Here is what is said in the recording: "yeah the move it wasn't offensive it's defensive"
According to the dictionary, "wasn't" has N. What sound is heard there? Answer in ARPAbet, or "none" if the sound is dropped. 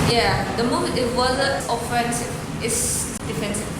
none